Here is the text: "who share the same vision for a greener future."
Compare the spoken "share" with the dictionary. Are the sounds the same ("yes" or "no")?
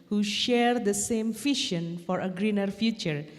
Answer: yes